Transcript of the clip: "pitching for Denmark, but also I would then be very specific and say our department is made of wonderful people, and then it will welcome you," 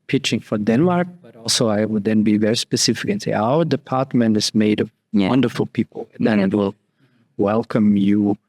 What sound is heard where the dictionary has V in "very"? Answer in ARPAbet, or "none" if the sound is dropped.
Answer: V